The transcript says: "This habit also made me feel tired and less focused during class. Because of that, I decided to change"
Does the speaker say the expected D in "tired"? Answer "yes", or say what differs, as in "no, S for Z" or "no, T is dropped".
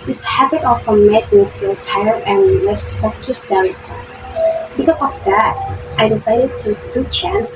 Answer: no, D is dropped